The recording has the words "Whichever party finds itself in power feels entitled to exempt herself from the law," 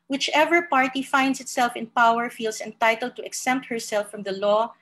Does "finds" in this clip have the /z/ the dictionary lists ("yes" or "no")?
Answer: no